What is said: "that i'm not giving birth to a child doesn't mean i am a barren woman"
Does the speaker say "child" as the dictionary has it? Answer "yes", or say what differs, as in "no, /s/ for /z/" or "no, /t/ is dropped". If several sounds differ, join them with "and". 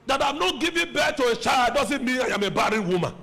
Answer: yes